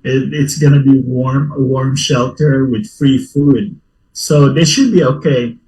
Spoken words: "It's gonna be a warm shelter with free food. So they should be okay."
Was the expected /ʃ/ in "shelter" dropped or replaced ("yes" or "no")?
no